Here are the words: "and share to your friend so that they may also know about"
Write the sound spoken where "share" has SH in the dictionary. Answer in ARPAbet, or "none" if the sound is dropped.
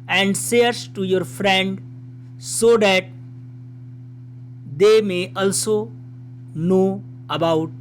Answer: S